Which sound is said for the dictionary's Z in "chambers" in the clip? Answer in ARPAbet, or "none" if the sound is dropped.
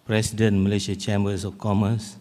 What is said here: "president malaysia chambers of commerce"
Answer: S